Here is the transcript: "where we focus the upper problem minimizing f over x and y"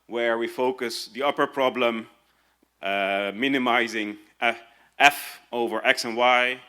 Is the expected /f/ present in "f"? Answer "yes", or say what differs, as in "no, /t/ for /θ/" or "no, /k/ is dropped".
yes